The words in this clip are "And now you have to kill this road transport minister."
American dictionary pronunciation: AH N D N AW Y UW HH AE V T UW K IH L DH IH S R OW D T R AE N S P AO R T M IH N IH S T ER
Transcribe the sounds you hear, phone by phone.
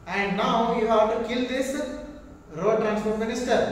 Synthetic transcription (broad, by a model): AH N D N AW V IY HH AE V T UW K IH L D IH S R OW D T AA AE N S F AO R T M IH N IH S T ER